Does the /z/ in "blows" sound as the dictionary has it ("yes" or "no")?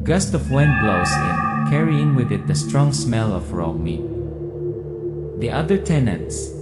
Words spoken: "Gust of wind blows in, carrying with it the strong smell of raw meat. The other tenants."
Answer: no